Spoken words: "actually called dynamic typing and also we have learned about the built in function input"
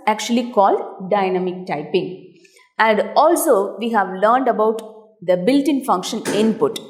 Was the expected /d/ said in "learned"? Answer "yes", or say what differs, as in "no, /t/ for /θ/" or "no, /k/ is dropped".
yes